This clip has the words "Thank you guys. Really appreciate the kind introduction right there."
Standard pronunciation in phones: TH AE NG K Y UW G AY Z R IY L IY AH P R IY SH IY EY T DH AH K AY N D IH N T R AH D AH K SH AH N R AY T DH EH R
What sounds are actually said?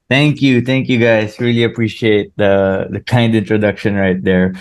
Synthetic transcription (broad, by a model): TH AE NG K Y UW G AY S R IY L IY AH P R IY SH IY EY T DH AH K AY N D IH N T R AH D AH K SH AH N R AY T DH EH R